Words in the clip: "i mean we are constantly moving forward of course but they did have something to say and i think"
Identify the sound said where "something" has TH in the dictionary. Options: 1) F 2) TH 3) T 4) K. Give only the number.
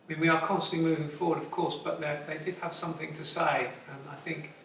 2